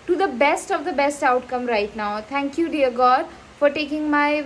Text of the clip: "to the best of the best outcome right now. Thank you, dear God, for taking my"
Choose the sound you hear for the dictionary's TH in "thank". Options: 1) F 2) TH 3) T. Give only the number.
3